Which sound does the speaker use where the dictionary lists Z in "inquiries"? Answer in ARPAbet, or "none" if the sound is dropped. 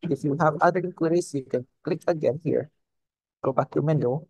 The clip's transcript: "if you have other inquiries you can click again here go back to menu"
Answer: S